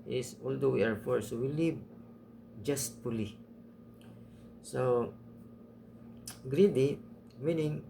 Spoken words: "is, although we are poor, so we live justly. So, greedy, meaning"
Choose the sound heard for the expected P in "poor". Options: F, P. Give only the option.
F